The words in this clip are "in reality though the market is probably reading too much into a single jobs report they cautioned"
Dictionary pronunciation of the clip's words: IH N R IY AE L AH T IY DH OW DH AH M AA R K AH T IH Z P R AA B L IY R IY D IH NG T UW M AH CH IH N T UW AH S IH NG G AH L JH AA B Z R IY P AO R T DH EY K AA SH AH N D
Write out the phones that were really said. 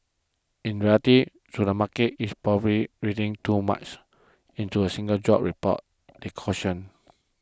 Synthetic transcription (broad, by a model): IH N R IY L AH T IY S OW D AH M AA K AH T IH S P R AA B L IY R IY D IH NG T UW M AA CH IH N T UW AH S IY NG G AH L JH AA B R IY P AO T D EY K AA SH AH N